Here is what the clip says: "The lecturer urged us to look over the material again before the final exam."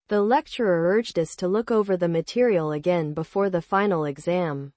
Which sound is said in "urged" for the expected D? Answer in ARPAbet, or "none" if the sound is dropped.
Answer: D